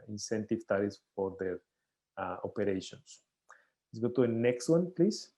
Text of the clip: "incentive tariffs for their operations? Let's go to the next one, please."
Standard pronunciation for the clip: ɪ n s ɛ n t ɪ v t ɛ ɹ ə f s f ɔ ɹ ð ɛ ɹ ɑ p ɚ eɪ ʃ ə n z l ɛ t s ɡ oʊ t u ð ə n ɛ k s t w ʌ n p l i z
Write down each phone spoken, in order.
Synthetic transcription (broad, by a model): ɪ n s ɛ n t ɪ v t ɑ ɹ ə s f ɔ ɹ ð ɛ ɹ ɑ p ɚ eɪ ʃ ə n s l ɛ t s ɡ oʊ t u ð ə n ɛ k s t w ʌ n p l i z